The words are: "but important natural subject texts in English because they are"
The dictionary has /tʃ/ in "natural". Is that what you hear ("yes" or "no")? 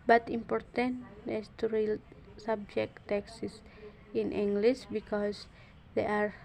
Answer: no